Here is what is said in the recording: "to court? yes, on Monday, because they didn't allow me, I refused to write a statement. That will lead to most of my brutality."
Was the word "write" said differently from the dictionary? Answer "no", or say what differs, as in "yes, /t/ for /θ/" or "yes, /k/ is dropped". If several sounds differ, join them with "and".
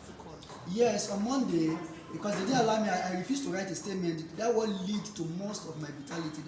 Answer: no